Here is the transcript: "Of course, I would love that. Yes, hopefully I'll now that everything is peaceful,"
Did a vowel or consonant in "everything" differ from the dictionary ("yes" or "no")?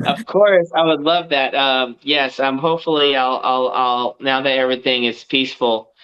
no